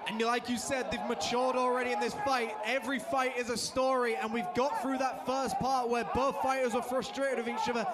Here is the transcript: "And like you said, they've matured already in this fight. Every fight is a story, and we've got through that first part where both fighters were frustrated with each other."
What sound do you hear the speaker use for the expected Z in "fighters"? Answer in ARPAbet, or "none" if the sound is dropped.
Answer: Z